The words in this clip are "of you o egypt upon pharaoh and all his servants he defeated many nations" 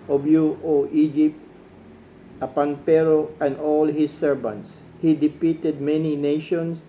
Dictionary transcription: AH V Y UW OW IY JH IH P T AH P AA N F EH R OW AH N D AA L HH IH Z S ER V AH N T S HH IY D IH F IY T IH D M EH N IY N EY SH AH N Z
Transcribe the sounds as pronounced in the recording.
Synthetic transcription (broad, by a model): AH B Y UW OW IY JH IH P T AH P AA N P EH R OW AH N D AA L HH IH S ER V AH N T S HH IY D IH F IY T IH D M EH N IY N EY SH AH N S